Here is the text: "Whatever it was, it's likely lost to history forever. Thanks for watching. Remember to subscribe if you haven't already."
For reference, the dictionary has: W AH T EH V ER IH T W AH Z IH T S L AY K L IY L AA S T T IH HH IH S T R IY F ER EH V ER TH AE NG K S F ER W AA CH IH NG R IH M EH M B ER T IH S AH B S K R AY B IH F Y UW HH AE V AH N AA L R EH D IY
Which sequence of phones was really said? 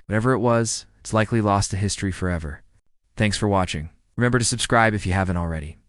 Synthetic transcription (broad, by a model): W AH T EH V ER IH T W AH Z IH T S L AY K L IY L AA S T T IH HH IH S T R IY F ER EH V ER TH AE NG K S F ER W AA CH IH NG R IH M EH M B ER T IH S AH B S K R AY B IH F Y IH HH AE V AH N L R EH D IY